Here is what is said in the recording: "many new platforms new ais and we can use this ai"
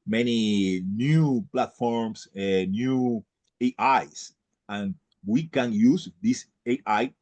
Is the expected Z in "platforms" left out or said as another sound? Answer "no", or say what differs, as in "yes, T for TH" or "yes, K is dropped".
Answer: yes, S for Z